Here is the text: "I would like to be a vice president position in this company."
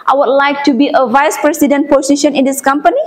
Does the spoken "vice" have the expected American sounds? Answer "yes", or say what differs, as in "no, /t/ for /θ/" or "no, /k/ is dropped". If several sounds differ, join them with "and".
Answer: yes